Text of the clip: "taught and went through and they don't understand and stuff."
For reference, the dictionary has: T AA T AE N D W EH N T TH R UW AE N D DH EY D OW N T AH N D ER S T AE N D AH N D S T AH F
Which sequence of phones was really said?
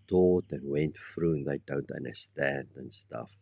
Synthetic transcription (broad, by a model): T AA T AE N W EH N T F R UW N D DH EY D OW N T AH N D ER S T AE N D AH N S T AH F